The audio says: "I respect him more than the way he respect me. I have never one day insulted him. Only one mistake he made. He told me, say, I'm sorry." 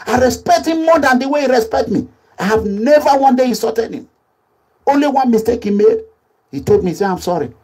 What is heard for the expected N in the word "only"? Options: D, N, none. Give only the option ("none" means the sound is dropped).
N